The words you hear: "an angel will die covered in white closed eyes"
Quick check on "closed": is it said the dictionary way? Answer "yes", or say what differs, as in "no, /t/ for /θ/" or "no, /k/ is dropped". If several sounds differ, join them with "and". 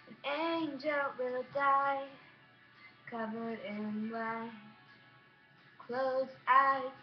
no, /d/ is dropped